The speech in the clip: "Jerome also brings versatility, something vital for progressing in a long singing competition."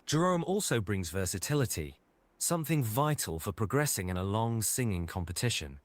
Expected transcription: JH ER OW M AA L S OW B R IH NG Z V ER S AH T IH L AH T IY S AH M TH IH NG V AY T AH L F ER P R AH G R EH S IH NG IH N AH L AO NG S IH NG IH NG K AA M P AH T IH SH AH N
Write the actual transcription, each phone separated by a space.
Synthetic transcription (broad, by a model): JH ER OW M AA L S OW B R IH NG Z V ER S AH T IH L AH T IY S AH M TH IH NG V AY T AH L F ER P R AH G R EH S IH NG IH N AH L AO NG S IH NG IH NG K AA M P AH T IH SH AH N